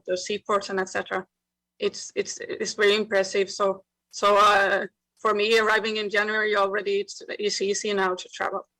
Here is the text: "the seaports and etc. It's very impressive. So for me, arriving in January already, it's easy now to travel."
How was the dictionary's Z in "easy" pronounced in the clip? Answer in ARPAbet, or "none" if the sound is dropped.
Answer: S